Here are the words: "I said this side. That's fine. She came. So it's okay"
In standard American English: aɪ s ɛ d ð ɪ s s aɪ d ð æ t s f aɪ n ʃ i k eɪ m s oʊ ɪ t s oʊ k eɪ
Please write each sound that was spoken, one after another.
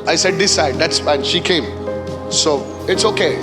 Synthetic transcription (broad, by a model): aɪ s ɛ d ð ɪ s s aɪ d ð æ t s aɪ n ʃ i k eɪ m s oʊ ɪ t s oʊ k eɪ